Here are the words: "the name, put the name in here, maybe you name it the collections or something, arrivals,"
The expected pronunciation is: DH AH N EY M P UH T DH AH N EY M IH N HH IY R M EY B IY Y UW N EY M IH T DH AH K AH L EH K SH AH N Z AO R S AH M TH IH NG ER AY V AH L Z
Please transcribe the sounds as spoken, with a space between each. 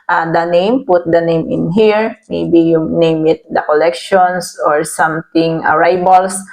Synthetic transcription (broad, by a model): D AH N EY M P UH T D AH N EY M IH N HH IY R M EY B IY Y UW N EY M IH T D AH K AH L EH K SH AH N S AO R S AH M T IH NG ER AY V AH L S